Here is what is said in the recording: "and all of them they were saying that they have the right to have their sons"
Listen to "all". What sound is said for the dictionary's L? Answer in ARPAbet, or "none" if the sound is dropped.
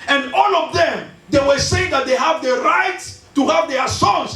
L